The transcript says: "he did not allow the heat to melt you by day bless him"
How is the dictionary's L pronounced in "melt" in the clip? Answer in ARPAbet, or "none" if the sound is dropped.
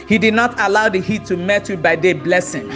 none